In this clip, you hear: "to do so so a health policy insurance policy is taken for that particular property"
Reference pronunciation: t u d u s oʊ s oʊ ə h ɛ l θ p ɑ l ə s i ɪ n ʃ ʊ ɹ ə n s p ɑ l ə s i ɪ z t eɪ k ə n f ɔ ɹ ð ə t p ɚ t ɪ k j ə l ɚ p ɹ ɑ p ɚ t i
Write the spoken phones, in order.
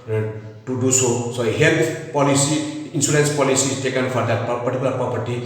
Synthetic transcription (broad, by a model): t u d u s oʊ s oʊ h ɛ l t p ɑ l ə s i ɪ n s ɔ l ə n s p ɑ l ə s i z t eɪ k ə n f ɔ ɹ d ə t p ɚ t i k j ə l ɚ p ɹ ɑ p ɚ t i